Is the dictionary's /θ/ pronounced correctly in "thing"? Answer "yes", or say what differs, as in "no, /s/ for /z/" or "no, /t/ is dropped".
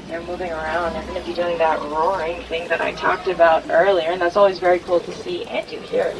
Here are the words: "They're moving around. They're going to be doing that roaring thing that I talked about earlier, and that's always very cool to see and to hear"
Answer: yes